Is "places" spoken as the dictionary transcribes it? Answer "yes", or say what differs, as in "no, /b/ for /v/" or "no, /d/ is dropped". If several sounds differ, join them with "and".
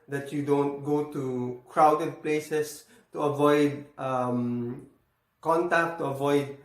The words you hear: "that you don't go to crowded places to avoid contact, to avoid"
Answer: no, /s/ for /z/